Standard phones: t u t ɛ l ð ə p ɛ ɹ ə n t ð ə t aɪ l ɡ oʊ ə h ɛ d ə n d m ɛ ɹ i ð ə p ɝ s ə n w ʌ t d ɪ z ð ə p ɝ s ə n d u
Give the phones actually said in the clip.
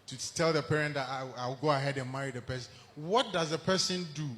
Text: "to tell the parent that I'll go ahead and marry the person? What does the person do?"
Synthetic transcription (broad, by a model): t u t ɛ l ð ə p ɛ ɹ ə n t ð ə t aɪ w ɡ oʊ ə h ɛ d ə n m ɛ ɹ i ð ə p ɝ s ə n w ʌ t d ɪ z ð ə p ɝ s ə n d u